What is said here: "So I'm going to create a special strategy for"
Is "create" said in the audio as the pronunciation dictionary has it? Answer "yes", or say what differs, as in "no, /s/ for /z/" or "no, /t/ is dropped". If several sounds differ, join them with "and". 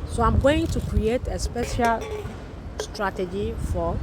yes